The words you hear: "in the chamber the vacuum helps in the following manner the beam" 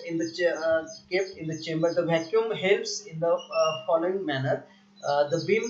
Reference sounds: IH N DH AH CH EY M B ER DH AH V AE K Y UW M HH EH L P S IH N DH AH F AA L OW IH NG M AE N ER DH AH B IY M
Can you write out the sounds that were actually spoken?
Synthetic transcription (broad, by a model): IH N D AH CH EY M B ER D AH V AE K Y UW M HH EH L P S IH N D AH F AA L OW IH NG M AE N ER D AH B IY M